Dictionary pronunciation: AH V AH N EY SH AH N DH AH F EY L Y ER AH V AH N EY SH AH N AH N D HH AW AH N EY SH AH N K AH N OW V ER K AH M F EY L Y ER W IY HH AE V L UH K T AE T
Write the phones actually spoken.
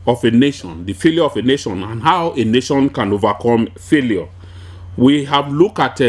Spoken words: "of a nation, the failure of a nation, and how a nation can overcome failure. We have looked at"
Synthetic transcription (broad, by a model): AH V AH N EY SH AH N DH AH F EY L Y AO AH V AH N EY SH AH N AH N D HH AW AH N EY SH AH N K AH N OW V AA K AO M F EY L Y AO W IY HH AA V L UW K AA T